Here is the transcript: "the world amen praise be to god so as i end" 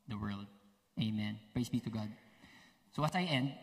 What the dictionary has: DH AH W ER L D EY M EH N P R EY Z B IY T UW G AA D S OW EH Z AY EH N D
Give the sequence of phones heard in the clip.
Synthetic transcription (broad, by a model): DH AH W ER L D EY M EH N P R EY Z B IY T UW G AA D S OW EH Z AY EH N D